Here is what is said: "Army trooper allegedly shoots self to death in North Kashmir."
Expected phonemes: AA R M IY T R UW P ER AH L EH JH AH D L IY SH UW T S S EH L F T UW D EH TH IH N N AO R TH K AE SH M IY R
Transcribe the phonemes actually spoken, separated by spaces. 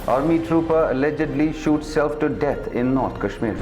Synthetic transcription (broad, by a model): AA R M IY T R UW P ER AH L EH JH AH D L IY SH UW T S S EH L F T UW D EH T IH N N AO R T K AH SH M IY R